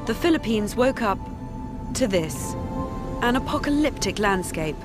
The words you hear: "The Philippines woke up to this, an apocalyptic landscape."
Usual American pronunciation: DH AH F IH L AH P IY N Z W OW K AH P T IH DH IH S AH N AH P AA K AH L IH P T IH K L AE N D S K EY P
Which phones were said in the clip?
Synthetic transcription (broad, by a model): DH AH F IH L AH P IY N Z W OW K AH P T IH DH IH S AH N AH P AA K AH L IH P T IH K L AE N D S K EY P